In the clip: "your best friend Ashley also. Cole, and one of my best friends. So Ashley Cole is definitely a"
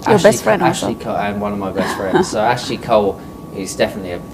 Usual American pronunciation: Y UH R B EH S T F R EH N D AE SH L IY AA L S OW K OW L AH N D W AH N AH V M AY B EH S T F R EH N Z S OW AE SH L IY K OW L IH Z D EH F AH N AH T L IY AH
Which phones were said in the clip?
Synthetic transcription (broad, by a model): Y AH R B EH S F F R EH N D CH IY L IY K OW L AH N W AH N AH V M AY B EH S T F R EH N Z S OW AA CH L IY K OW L IH Z D EH F AH N AH T L IY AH